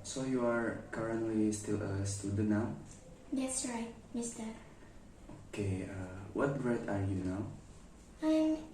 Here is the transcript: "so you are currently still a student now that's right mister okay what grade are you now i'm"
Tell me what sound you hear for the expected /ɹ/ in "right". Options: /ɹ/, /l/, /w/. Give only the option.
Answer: /ɹ/